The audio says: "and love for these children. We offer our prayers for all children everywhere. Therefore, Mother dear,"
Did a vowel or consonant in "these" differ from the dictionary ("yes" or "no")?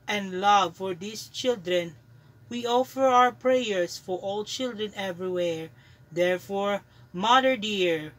yes